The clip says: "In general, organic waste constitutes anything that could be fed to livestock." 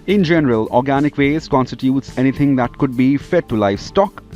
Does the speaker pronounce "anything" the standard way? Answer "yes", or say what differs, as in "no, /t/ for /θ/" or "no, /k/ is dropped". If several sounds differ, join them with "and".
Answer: no, /t/ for /θ/